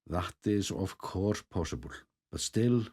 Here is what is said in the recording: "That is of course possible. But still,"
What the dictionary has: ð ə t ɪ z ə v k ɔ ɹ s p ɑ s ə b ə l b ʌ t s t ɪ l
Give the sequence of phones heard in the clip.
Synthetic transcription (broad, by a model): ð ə t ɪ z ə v k ɔ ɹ p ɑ s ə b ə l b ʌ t s t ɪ l